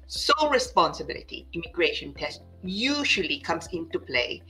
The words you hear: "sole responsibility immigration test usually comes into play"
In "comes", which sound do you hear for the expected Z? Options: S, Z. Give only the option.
S